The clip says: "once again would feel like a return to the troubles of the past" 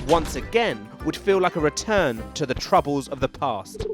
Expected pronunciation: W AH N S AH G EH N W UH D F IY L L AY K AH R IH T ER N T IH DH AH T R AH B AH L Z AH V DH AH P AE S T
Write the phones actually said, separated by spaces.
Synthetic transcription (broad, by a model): W AH N S AH G EH N W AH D F IY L L AY K AH R IH T ER N T IH DH AH T R AH B AH L Z AH V DH AH P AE S T